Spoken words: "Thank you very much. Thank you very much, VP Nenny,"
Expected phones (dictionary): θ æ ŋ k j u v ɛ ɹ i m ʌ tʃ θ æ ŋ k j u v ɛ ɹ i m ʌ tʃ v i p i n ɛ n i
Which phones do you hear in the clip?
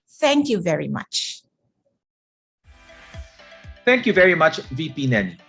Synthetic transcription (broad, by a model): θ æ ŋ k j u v ɛ ɹ i m ʌ tʃ θ æ ŋ k j u v ɛ ɹ i m ʌ tʃ v i p i n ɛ n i